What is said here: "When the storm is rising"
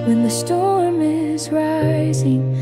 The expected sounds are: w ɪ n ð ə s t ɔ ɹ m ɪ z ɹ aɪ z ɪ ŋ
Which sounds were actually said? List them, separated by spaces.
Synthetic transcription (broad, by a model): w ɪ n ð ə s t ɔ ɹ m ɪ z ɹ aɪ z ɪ ŋ